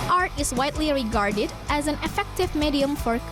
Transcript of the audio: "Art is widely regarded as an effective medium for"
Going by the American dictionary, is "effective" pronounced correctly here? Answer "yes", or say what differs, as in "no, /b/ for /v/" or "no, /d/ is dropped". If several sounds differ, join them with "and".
yes